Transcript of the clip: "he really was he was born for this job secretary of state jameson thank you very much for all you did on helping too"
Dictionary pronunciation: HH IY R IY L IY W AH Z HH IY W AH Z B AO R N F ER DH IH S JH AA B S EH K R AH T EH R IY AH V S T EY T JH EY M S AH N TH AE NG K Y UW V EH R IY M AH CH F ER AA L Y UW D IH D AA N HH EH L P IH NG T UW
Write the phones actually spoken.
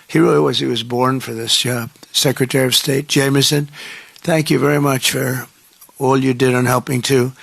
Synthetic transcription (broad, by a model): HH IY R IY W AH Z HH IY W AH Z B AO R N F ER DH IH S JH S EH K R AH T EH R IY AH V S T EY T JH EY M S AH N TH AE NG K Y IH V EH R IY M AH CH F ER AA L Y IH D IH D N HH EH L P IH NG T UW